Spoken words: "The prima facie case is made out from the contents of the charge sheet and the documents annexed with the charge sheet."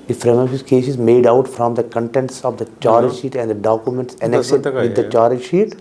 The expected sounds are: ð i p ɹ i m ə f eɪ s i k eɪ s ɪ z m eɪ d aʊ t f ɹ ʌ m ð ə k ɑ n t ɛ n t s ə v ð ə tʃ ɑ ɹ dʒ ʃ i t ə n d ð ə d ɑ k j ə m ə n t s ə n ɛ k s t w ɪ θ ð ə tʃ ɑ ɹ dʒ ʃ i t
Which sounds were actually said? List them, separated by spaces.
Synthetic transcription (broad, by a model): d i f ɹ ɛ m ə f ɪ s k eɪ s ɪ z m eɪ d aʊ t f ɹ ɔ m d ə k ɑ n t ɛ n t s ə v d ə tʃ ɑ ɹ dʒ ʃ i t ə n d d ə d ɑ k j ə m ə n t s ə n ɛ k s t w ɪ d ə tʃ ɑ ɹ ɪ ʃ i t